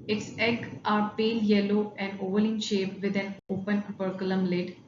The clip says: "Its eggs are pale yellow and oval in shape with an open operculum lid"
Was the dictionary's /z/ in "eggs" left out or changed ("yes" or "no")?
yes